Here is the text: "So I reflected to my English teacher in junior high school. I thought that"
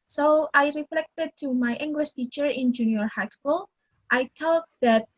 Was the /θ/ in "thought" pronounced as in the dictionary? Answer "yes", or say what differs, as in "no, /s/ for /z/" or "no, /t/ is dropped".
no, /t/ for /θ/